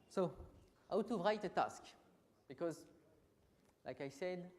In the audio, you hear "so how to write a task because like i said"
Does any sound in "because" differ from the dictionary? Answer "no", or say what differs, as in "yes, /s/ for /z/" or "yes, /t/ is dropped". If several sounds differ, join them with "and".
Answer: no